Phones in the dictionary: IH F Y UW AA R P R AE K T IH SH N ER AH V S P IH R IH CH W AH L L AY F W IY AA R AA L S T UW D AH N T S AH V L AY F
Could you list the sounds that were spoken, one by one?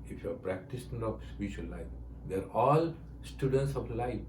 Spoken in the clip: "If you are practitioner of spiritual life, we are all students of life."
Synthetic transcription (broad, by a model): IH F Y AA R P R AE K T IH S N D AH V S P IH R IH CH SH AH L L AY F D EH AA R AA L S T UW D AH N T S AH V L AY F